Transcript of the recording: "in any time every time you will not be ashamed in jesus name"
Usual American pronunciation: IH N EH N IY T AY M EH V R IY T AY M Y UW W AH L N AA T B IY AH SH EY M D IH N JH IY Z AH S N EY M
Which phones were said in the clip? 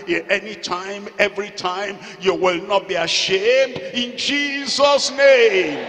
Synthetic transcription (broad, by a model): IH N EH N IY T AY M EH V R IY T AY M Y UW W AH L N AA T B IY AH SH EY M D IH N JH IY Z AH S N EY M